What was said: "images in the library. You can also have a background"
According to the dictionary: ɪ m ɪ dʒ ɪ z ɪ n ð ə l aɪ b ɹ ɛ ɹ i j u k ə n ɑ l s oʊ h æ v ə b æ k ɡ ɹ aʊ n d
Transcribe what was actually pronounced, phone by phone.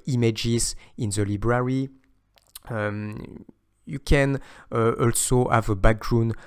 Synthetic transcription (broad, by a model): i m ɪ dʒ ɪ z ɪ n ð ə l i b ɹ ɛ ɹ i j u k ə n ɑ l s oʊ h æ v ə b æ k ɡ ɹ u n